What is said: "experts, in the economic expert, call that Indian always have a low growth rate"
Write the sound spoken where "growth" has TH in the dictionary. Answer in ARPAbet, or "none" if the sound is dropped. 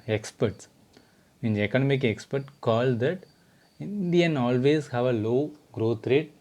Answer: T